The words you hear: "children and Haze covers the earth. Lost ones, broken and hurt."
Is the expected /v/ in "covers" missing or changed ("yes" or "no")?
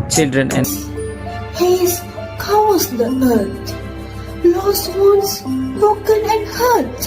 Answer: yes